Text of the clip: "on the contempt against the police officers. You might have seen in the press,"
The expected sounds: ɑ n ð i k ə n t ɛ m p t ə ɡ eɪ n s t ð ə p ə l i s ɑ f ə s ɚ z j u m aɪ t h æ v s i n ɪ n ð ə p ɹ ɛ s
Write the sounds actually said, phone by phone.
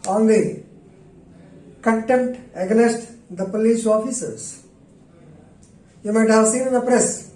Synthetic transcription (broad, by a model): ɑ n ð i k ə n t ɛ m t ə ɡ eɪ s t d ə p ə l i s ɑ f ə s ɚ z j u m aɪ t h æ v s i n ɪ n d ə p ɹ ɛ s